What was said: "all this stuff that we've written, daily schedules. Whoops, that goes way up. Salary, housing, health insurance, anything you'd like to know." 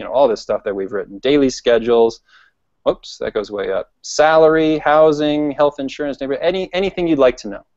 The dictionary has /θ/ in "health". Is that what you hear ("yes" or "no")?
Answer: yes